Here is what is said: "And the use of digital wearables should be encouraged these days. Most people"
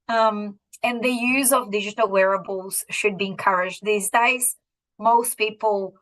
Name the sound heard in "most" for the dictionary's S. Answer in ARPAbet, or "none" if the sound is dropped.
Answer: S